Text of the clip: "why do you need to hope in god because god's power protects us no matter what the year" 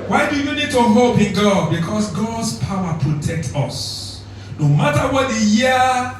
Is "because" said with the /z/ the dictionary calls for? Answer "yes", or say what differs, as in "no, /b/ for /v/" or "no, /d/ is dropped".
no, /s/ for /z/